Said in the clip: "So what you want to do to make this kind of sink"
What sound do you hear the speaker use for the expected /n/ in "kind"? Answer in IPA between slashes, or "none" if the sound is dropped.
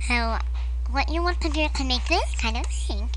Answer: /n/